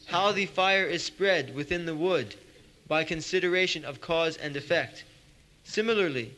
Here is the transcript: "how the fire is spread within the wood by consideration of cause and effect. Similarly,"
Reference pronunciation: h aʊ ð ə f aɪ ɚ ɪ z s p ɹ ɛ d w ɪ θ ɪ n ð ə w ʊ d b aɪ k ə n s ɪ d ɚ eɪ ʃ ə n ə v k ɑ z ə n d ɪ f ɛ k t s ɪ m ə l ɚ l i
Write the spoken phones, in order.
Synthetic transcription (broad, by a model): h aʊ ð ə f aɪ ɚ ɪ z s p ɹ ɛ d w ɪ θ ɪ n ð ə w ʊ d b aɪ k ə n s ɪ d ɚ eɪ ʃ ə n ə v k ɑ z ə n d ɪ f ɛ k t s ɪ m l ɚ l i